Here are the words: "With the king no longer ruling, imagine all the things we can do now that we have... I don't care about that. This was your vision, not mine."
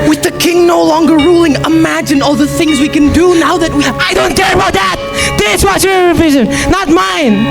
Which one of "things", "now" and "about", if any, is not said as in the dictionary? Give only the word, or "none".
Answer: none